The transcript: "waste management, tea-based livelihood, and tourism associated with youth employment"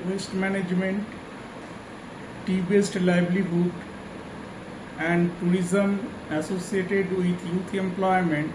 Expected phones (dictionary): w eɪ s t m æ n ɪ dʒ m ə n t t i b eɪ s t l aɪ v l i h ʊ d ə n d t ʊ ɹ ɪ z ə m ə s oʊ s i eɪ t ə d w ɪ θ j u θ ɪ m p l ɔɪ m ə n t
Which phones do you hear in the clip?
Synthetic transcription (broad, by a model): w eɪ s t m æ n ɪ dʒ m ə n t t i b eɪ s t l aɪ b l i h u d ə n d t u ɹ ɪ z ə m ə s oʊ s i eɪ t ə d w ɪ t j u t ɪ m p l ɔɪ m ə n t